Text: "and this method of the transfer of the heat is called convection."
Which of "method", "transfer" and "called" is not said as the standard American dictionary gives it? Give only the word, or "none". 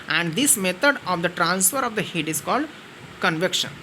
method